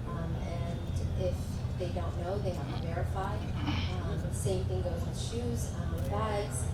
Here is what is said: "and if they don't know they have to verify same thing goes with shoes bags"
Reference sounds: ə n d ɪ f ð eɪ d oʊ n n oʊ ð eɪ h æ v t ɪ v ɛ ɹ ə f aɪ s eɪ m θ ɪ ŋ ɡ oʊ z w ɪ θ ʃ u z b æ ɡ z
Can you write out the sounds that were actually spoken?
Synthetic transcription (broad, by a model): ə n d ɪ f ð eɪ d oʊ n n oʊ ð eɪ h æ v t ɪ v ɛ ɹ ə f aɪ s eɪ m θ ɪ ŋ ɡ oʊ z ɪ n ʃ u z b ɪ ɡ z